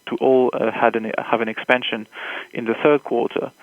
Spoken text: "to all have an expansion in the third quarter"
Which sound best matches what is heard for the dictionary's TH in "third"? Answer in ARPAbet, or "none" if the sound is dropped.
TH